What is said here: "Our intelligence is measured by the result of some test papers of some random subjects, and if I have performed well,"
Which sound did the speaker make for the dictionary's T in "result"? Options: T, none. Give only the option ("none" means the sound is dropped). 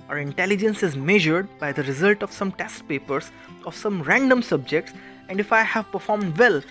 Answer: T